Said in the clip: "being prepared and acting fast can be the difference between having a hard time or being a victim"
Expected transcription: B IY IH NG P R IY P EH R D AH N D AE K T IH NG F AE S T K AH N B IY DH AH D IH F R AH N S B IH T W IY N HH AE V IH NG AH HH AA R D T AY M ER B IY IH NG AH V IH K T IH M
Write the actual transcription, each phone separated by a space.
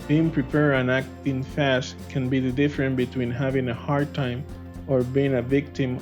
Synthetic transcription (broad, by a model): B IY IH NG P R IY P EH R AH N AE K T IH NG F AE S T K AH N B IY DH AH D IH F R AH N B IH T W IY N HH AE V IH NG AH HH AA R D T AY M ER B IY IH NG AH V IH K T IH M